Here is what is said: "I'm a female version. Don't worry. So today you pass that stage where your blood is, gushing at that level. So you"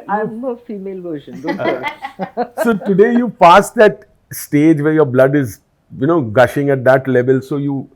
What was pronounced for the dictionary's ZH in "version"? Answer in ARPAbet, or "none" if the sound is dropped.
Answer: SH